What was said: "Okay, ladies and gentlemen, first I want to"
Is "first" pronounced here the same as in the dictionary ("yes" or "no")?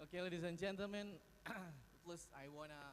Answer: no